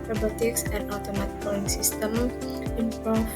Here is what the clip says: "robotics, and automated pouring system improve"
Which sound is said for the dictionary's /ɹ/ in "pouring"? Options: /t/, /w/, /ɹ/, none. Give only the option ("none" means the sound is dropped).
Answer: none